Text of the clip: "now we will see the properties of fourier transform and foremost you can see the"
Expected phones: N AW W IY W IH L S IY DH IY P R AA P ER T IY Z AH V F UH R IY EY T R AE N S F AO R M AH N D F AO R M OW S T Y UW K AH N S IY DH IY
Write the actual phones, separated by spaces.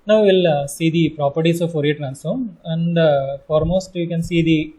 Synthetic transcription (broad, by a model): N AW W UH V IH L S IY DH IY P R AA P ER T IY S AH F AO R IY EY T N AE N S AO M AH N D F AO R M OW S T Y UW K AH N S IY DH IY